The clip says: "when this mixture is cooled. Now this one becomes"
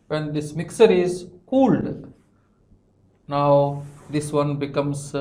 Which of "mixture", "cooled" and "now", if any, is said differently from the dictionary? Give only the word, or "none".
mixture